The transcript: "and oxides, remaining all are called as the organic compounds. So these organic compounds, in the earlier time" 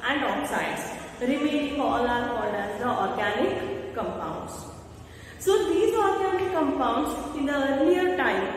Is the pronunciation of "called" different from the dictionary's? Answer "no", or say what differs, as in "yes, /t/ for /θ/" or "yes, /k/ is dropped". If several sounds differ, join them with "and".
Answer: yes, /n/ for /l/